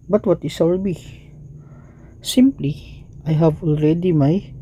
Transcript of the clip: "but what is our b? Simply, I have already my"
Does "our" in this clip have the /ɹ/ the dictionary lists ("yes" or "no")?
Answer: no